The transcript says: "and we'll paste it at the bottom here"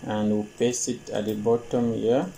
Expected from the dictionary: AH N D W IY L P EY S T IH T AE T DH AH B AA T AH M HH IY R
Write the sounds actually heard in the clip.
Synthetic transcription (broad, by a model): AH N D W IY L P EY S IH T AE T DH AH B AA T AH M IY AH